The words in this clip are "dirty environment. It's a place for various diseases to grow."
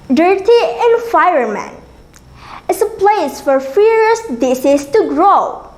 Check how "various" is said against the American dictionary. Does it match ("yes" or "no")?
no